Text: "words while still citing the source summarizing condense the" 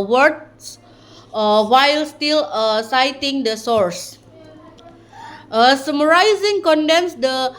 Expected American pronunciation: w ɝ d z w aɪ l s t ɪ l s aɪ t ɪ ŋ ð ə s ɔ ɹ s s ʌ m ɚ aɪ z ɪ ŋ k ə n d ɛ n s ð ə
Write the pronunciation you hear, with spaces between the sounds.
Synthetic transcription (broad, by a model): w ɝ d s w aɪ l s t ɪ l s aɪ t ɪ ŋ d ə s ɔ ɹ s s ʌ m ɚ aɪ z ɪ ŋ k ə n d ɛ n s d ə